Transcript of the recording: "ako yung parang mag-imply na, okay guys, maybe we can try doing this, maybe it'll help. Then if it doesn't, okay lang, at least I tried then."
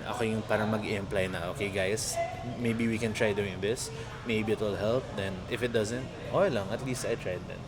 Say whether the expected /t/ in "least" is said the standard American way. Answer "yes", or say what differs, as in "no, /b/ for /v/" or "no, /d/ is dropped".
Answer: yes